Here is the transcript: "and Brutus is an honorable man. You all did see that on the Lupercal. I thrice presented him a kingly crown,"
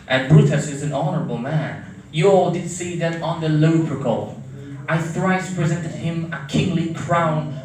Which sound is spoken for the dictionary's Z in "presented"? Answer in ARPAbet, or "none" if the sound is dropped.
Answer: Z